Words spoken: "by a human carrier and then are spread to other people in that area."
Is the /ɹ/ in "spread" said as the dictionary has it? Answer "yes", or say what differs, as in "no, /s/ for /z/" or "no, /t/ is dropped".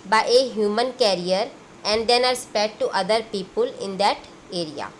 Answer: no, /ɹ/ is dropped